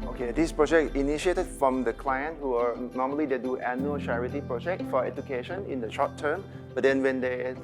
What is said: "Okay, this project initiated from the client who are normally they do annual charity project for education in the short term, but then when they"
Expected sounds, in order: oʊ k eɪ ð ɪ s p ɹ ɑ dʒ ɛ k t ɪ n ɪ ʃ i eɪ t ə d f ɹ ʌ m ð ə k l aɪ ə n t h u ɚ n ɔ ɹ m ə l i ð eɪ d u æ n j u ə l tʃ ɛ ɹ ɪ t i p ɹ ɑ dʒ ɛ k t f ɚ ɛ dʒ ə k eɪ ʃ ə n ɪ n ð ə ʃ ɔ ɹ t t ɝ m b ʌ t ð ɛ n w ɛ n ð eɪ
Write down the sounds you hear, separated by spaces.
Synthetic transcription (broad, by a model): oʊ k eɪ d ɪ s p ɹ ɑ dʒ ɛ k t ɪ n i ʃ i eɪ t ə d f ɹ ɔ m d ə k l aɪ ə n t h u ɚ n ɔ m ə l i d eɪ d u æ n j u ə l tʃ ɛ ɹ ɪ t i p ɹ ɑ dʒ ɛ k t f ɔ ɛ dʒ ə k eɪ ʃ ə n ɪ n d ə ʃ ɔ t t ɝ m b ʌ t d ɛ n w ɛ n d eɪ